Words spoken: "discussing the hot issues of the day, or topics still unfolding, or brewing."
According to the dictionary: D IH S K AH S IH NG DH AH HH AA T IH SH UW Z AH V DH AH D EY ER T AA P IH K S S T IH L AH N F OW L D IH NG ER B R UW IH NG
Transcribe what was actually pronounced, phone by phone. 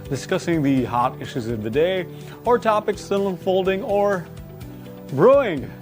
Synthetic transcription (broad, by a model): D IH S K AH S IH NG DH AH HH AA T IH SH UW Z AH V DH AH D EY ER T AA P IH K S S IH N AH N F OW L D IH NG ER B R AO IH NG